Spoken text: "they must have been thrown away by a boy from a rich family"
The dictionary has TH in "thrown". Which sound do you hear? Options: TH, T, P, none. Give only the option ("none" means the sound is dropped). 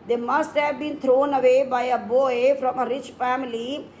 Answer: T